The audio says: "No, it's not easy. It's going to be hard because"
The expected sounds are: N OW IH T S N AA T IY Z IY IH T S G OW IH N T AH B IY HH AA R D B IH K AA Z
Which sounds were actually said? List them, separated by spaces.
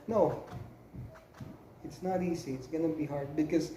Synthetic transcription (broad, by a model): N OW IH T S N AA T IY S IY IH T S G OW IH N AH B IY HH AA R D B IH K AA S